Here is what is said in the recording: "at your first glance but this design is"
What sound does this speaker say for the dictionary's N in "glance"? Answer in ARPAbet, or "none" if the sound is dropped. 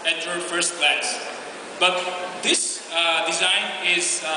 none